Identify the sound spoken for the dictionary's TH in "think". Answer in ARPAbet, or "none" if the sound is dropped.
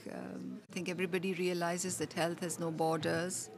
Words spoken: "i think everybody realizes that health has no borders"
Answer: T